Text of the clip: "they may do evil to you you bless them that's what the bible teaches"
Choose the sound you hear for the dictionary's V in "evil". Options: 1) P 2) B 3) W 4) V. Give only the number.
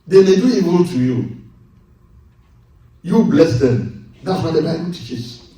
3